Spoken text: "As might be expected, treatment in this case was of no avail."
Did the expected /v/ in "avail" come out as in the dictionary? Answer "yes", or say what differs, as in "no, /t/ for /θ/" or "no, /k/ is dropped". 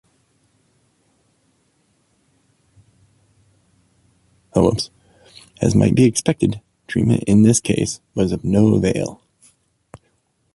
yes